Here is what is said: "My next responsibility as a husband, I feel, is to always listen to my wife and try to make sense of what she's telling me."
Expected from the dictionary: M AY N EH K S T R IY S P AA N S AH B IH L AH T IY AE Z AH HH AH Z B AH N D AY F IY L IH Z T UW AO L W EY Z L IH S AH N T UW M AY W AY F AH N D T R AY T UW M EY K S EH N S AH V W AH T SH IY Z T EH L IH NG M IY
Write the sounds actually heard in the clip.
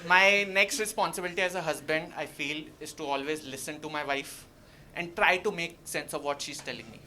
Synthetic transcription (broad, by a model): M AY N EH K S T R IY S P AA N S AH B IH L AH T IY AE Z AH HH AH Z B AH N D AY F IY L IH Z T UW AO L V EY Z L IH S AH N T UW M AY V AY F AH N D T R AY T UW M EY K S EH N S AH V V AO T SH IY Z T EH L IH NG M IY